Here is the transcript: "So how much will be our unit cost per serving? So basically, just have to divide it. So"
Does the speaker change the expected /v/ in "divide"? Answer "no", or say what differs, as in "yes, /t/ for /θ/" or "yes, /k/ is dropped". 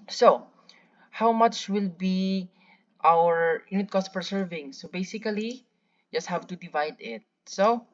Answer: no